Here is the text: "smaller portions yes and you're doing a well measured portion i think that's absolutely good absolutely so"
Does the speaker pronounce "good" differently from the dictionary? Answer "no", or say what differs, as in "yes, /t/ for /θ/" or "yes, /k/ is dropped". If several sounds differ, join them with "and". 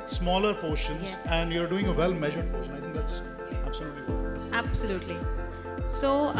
yes, /d/ is dropped